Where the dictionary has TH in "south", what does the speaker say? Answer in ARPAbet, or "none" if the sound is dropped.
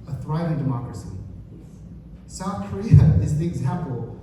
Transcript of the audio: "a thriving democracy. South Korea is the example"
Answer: TH